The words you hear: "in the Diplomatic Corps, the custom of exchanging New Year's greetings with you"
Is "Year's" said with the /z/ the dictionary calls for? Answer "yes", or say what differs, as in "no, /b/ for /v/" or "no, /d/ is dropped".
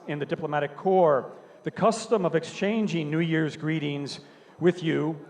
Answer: yes